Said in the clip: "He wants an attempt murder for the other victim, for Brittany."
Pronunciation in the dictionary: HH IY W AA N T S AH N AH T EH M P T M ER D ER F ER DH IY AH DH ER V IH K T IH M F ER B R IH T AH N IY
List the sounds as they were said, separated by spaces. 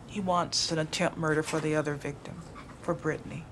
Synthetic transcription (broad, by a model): HH IY W AA N T S AH N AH T EH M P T M ER D ER F ER DH IY AH DH ER V IH K T IH M F ER B R IH T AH N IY